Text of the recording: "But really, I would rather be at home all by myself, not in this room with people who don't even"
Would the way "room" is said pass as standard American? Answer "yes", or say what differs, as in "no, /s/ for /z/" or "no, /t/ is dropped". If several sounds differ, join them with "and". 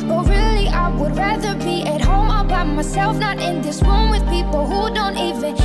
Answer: no, /w/ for /ɹ/